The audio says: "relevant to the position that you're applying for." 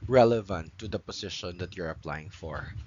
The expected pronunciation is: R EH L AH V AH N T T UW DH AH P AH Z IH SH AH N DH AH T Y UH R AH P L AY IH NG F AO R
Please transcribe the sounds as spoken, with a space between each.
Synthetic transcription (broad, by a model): R EH L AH V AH N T T UW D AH P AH S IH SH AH N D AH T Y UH R AH P L AY IH NG F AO R